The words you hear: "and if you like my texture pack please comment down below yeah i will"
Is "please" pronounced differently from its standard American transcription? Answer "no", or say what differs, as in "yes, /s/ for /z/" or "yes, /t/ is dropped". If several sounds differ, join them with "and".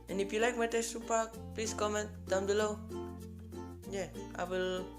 yes, /s/ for /z/